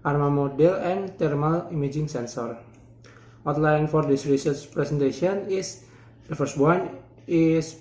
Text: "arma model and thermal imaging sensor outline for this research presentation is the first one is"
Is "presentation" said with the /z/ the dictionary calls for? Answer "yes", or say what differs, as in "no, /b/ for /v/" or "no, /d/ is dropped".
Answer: no, /s/ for /z/